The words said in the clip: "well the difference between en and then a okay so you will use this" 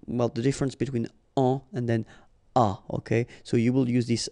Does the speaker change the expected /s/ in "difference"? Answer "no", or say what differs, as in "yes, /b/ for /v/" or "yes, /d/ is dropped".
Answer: no